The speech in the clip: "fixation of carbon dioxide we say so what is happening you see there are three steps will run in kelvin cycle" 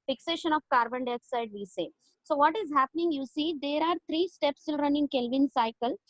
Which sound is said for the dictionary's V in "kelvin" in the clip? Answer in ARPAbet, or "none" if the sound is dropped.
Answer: V